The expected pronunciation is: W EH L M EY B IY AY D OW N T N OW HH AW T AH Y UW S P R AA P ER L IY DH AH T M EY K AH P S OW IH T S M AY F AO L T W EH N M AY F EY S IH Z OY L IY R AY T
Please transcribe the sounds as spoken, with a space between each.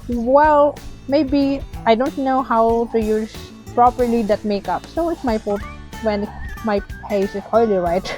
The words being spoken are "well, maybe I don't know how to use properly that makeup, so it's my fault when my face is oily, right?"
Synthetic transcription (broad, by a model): W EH L M EY B IY AY D OW N T N OW HH AW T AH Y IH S P R AA P ER L IY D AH T M EY K AH P S OW IH T S M AY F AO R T W EH N M AY P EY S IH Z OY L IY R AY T